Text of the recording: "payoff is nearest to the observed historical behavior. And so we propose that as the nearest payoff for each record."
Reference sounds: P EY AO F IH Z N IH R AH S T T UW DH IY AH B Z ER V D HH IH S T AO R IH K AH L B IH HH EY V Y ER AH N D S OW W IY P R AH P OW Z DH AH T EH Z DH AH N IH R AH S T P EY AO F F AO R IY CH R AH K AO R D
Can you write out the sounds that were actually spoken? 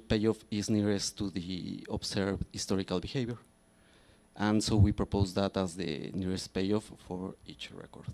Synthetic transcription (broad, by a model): P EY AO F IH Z N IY R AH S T T UW DH IY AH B S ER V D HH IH S T AO R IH K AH L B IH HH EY B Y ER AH N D S OW W IY P R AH P OW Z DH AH T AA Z DH AH N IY R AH S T P EY AO F F AO R IY CH R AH K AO R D